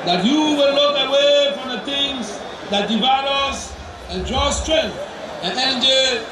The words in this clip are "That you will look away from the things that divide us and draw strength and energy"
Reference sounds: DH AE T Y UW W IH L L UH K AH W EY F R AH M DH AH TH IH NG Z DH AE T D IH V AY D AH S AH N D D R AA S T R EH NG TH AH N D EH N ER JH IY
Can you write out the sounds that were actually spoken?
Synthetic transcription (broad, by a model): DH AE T Y UW W IH L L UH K AH W EY F R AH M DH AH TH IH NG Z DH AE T D IH V AY D AH S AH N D D R AA S T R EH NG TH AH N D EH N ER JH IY